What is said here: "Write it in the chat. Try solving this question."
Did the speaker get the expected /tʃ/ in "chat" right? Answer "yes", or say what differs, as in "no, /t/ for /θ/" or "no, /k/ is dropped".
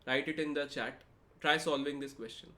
yes